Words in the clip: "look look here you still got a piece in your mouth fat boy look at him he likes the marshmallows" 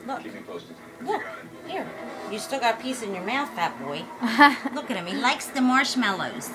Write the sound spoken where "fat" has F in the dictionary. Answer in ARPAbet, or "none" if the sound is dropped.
P